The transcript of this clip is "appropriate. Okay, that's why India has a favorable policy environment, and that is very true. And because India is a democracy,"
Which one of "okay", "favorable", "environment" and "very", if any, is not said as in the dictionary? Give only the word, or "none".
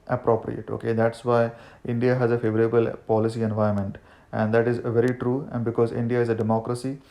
environment